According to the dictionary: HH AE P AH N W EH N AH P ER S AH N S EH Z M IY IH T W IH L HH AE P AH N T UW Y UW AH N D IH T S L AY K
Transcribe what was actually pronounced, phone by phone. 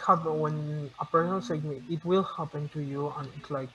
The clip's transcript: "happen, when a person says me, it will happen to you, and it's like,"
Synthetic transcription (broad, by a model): HH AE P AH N W EH N AH P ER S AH L S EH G M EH IH T W IH L HH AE P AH N T UW Y UW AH N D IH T L AY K